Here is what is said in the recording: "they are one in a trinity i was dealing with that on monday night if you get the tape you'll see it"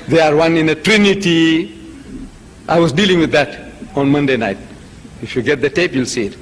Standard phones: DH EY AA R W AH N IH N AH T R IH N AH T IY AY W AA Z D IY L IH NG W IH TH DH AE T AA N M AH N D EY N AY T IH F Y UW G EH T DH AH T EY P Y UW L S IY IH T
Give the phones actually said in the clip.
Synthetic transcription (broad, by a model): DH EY AA R W AH N IH N AH T R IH N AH T IY AY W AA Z D IY L IH NG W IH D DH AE T AA N M AH N D EY N AY T IH F Y UW G EH T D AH T EY P Y UW L S IY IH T